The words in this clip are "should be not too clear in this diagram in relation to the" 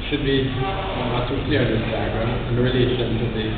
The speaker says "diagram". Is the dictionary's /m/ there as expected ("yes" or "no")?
no